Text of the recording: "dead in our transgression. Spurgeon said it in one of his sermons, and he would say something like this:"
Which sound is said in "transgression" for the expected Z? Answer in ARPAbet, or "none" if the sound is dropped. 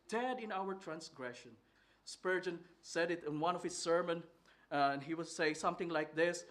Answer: S